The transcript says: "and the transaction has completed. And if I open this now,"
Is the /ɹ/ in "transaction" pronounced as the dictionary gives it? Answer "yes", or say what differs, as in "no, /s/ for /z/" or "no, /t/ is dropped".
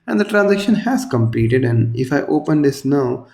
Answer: yes